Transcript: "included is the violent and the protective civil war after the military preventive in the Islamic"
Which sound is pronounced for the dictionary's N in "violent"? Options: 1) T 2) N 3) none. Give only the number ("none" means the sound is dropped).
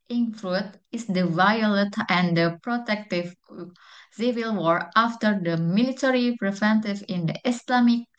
3